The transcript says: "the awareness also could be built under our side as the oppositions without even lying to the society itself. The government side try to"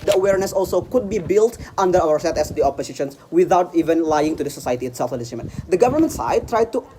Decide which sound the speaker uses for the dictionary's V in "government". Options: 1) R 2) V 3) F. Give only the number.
2